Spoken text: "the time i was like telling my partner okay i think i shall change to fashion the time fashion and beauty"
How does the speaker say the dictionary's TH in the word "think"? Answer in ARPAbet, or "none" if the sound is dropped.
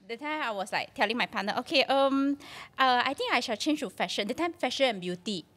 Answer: T